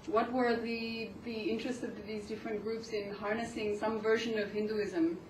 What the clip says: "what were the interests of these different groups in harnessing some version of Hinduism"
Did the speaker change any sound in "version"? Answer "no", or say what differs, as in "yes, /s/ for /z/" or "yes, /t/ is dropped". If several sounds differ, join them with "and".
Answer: no